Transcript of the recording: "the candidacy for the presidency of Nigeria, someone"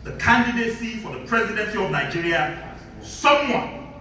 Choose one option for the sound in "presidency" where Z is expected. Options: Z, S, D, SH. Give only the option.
Z